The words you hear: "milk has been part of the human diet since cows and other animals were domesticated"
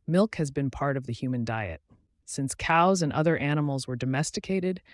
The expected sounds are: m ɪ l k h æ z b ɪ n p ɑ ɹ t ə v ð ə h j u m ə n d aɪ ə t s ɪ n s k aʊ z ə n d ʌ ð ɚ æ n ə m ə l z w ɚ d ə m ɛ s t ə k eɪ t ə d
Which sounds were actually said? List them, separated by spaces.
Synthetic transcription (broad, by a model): m ɪ l k h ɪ z b ɪ n p ɑ ɹ t ə v ð ə h j u m ə n d aɪ ə t s ɪ n s k aʊ z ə n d ʌ ð ɚ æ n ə m l z w ɚ d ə m ɛ s t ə k eɪ t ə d